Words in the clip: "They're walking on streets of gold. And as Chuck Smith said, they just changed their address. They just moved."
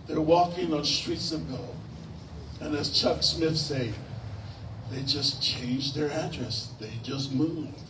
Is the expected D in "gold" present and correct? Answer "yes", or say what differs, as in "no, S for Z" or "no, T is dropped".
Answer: no, D is dropped